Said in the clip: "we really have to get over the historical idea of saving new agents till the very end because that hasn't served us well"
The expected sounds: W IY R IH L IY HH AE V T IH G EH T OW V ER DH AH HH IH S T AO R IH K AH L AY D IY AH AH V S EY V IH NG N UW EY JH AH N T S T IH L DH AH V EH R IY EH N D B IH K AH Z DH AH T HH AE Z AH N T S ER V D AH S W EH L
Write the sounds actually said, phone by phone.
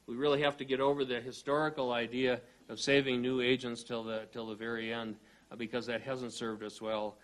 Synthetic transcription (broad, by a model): W IY R IH L IY HH AE F T IH G EH T OW V ER DH AH HH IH S T AO R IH K L AY D IY AH AH V S EY V IH NG N UW EY JH AH N T S T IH L DH AH V EH R IY EH N D B IH K AH Z DH AH T HH AE Z AH N T S ER V D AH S W EH L